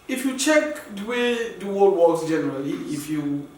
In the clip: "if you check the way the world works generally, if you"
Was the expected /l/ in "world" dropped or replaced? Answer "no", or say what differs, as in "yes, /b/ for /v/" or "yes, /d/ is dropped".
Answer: yes, /l/ is dropped